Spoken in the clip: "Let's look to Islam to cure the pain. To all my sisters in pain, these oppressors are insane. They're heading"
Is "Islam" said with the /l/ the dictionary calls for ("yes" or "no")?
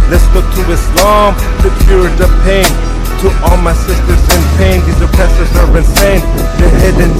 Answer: yes